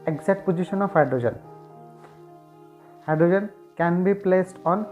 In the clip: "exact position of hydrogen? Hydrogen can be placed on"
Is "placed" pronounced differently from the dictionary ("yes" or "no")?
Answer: no